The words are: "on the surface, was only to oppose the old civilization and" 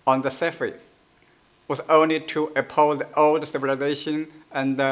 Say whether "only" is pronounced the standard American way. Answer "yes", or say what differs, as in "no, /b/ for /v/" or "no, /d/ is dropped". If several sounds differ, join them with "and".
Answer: yes